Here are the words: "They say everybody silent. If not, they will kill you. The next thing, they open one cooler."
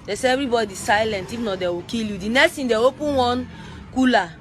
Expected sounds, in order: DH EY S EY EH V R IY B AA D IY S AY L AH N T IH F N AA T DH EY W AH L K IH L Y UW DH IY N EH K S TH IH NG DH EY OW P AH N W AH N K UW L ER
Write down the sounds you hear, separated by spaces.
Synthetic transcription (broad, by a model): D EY S EY EH V R IY B AA D IY S AY L AH N T IH F N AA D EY W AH K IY L Y UW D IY N EH K S T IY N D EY OW P AH N W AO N K UW L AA